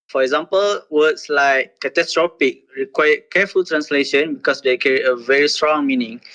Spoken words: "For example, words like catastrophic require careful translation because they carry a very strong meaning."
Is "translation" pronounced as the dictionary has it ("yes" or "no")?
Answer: yes